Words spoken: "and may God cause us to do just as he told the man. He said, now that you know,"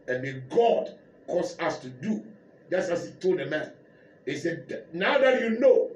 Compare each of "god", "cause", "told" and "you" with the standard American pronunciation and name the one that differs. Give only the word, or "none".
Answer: cause